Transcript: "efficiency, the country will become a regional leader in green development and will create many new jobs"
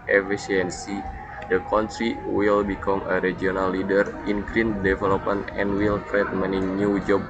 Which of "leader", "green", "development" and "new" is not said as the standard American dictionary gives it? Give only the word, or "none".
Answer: development